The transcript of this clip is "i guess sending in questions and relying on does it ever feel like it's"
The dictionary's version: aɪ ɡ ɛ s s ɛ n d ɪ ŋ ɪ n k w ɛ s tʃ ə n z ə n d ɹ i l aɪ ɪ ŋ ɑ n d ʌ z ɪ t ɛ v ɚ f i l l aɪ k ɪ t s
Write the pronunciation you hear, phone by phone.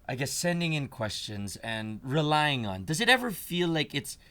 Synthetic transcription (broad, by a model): aɪ ɡ ɛ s s ɛ n d ɪ ŋ ɪ n k w ɛ s tʃ ə n z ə n ɹ i l aɪ ɪ ŋ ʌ n d ʌ z ɪ t ɛ v ɚ f i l l aɪ k ɪ t s